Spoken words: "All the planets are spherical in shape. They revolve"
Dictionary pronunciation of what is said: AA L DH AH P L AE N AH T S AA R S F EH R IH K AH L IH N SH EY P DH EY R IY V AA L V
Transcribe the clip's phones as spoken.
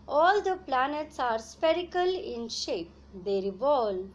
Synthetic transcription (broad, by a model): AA L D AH P L AE N AH T S AA R S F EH R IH K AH L IH N SH EY P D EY R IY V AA L